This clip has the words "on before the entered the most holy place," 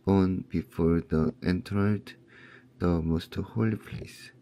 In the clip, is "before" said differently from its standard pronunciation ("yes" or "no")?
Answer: no